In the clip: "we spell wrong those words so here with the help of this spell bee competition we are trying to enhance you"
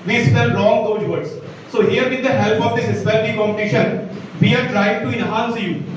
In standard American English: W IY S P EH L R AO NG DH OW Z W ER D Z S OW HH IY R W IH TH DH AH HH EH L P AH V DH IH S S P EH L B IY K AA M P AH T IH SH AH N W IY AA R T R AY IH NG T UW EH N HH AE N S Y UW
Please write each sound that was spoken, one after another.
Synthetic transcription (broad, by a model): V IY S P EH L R AO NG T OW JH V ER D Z S OW HH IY R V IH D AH HH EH L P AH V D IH S S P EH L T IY K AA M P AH T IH SH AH N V IY AA R T R AY IH NG T UW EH N HH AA N S Y UW